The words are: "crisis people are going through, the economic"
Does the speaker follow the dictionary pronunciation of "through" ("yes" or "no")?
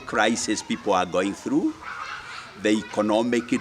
yes